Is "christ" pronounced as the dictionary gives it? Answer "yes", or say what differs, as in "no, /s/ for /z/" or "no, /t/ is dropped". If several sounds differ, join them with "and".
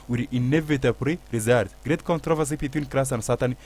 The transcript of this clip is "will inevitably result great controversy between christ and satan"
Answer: no, /t/ is dropped